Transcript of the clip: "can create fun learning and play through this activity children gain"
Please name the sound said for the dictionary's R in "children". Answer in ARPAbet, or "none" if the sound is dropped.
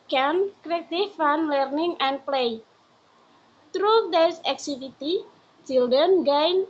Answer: none